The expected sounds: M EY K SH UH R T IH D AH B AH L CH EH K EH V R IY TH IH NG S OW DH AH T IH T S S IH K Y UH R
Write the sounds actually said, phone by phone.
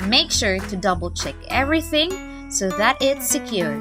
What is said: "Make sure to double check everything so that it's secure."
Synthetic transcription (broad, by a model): M EY K SH UH R T IH D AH B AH L CH EH K EH V R IY TH IH NG S OW DH AH T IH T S S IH K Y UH R